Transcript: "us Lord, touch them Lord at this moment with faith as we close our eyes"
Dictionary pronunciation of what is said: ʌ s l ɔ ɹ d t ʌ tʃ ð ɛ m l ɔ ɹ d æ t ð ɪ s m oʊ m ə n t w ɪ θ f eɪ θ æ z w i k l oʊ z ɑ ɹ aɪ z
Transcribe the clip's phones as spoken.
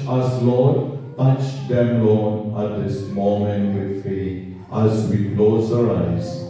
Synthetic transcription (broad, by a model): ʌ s l ɔ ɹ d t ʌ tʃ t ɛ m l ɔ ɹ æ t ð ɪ s m oʊ m ə n t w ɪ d f eɪ t æ z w i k l oʊ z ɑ ɹ aɪ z